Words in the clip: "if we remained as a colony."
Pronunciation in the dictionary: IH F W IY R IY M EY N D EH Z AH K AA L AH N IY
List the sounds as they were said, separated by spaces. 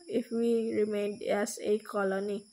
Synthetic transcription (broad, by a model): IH F W IY R IY M EY N D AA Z AH K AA L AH N IY